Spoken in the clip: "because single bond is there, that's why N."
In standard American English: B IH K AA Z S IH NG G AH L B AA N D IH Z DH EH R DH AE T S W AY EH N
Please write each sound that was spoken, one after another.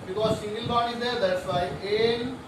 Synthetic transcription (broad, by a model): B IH K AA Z S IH NG G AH L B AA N IH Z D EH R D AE T S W AY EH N